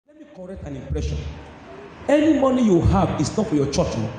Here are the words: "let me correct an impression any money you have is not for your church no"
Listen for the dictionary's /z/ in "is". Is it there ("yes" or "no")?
no